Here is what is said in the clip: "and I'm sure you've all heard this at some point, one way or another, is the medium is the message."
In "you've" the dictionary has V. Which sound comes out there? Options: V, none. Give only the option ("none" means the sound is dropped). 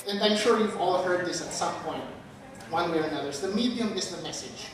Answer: V